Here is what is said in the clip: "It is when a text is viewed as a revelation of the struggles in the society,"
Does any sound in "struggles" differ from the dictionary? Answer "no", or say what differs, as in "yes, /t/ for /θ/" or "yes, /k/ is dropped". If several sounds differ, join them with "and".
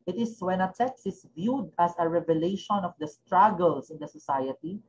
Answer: yes, /s/ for /z/